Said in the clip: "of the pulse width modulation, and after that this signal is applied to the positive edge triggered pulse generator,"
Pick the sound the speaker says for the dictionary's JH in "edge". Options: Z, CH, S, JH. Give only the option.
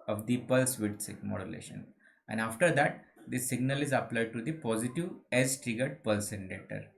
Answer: Z